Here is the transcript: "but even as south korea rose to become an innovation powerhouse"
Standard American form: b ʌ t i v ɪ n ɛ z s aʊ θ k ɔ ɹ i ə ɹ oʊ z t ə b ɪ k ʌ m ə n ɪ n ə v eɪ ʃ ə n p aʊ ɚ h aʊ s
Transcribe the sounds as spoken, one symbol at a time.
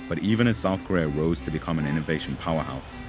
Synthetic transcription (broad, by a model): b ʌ t i v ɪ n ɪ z s aʊ θ k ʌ ɹ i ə ɹ oʊ z t ə b ɪ k ʌ m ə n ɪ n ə v eɪ ʃ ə n p aʊ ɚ h aʊ s